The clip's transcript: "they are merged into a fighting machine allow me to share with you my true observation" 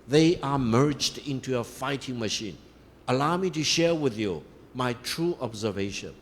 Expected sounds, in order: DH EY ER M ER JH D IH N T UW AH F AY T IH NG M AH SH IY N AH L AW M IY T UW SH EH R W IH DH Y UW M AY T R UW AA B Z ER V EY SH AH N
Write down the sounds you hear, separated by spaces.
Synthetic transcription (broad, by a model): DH EY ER M ER JH D IH N T UW AH F AY T IH NG M AH SH IY N AH L AW M IY T UW SH EH R W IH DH Y UW M AY T R UW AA B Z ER V EY SH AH N